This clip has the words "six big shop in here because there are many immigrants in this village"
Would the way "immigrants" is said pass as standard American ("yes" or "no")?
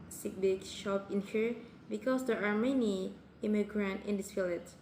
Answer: no